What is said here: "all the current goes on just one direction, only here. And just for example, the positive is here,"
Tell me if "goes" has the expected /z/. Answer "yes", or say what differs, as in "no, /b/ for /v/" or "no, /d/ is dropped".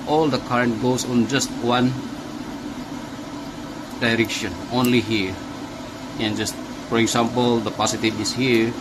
no, /s/ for /z/